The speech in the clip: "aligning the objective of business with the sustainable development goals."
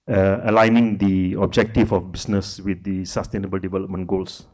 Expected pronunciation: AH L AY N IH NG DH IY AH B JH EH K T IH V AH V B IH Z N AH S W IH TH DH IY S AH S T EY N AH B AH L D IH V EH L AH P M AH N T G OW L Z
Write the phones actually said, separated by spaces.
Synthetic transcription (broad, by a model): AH L AY N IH NG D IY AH B JH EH K T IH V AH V B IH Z N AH S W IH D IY S AH S T EY N AH B AH L D IH V EH L AH P M AH N T G OW L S